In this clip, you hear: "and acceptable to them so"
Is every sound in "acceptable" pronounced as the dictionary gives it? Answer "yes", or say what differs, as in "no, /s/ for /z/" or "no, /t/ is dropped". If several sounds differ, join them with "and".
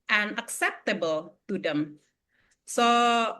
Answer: yes